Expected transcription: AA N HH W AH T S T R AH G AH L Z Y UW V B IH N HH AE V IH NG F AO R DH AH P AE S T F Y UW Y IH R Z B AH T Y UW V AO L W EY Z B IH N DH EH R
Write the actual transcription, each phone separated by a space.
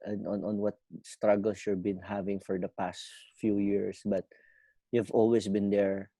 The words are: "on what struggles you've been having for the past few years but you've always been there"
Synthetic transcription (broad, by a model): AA N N W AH T S T R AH G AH L S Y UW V B IH N HH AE V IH NG F AO R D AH P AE S T F Y UW Y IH R S B AH T Y UW V AO L W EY S B IH N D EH R